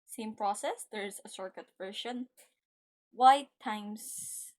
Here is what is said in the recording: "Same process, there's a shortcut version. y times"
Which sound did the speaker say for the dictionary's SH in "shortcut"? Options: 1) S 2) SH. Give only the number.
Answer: 1